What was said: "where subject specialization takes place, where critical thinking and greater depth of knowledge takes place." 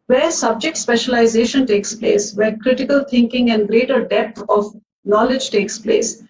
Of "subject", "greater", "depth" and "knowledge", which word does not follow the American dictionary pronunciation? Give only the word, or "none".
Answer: depth